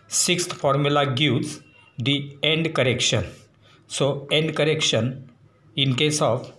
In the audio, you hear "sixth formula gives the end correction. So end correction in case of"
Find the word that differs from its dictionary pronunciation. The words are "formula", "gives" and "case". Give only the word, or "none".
gives